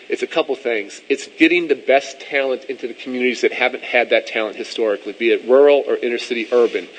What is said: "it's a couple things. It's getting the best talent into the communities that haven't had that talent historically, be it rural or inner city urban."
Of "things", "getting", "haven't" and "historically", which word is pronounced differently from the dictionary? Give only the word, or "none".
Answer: none